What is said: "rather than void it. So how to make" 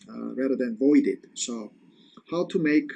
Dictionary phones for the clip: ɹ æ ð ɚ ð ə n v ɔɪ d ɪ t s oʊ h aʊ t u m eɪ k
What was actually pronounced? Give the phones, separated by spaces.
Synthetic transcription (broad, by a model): ɹ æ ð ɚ ð ə n v ɔɪ d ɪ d s oʊ h aʊ t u m eɪ k